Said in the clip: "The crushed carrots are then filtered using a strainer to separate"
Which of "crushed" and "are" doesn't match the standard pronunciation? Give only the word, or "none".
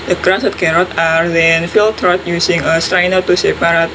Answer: crushed